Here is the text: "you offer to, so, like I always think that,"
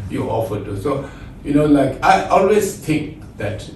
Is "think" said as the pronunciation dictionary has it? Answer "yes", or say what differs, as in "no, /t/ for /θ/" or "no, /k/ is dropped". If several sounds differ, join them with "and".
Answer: no, /t/ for /θ/